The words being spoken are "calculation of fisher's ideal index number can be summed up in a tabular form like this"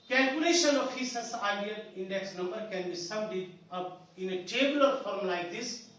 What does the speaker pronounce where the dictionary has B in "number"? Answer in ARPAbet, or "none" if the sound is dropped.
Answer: B